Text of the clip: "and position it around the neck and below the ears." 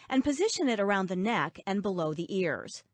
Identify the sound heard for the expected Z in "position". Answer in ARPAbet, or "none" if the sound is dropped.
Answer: Z